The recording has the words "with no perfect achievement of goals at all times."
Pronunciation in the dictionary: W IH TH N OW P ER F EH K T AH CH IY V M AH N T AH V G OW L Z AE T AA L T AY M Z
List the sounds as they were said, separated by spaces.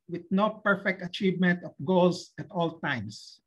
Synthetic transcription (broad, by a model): W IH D N OW P ER F EH K T AH CH IY V M AH N T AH F G OW L S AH T AA L T AY M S